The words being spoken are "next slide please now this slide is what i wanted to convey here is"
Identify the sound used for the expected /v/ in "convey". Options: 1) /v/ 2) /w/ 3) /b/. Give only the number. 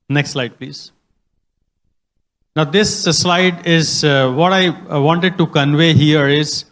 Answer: 1